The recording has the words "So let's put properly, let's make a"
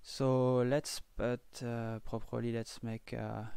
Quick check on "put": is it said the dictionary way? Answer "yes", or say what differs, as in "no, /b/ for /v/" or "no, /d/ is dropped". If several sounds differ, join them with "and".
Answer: no, /b/ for /p/